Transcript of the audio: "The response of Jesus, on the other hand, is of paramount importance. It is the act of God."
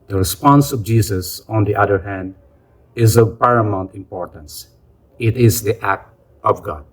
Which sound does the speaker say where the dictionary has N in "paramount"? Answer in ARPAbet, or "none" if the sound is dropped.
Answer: N